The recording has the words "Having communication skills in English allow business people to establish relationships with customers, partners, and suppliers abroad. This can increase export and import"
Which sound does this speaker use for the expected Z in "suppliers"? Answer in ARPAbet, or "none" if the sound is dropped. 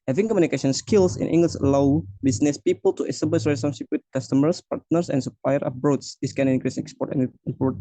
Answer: none